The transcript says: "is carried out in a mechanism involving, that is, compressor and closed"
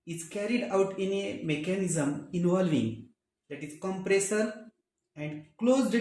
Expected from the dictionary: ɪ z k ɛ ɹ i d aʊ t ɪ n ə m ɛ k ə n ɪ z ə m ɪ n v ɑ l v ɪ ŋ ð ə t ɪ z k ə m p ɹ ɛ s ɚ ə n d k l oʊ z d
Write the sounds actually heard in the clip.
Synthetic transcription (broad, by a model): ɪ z k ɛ ɹ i d aʊ t ɪ n ə m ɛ k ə n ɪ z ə m ɪ n v ɑ l v ɪ ŋ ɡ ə t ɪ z k ə m p ɹ ɛ s ɚ ə n d k l oʊ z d